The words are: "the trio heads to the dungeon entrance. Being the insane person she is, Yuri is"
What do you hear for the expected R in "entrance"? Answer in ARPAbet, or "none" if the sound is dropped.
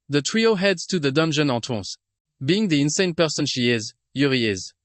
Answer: none